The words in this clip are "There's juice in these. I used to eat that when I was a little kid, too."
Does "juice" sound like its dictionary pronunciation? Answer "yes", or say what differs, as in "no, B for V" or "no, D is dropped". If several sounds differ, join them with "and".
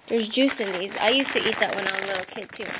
yes